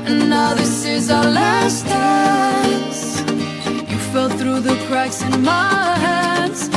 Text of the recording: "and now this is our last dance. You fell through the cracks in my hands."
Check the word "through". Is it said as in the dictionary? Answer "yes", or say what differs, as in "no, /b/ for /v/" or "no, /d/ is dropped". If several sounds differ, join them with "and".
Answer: yes